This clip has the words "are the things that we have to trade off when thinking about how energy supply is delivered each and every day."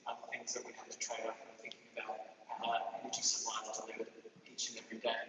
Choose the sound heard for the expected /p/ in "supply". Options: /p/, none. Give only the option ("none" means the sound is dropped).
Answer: none